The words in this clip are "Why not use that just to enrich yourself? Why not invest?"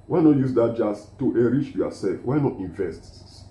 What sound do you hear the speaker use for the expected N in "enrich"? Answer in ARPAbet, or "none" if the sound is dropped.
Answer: none